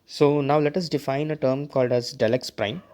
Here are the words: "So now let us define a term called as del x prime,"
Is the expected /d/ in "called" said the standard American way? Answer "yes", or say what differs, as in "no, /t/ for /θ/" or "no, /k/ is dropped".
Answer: yes